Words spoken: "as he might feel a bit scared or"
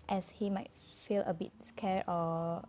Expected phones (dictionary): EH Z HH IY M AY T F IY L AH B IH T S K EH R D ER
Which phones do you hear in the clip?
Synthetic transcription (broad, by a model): EH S HH IY M AY T F IY L AH B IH T S K EH R AO